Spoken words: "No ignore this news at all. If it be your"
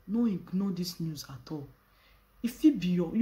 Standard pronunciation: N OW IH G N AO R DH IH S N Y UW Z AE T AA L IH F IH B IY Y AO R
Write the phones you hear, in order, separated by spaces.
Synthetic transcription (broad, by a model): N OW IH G N AO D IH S N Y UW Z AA T AA L IH F IH B IY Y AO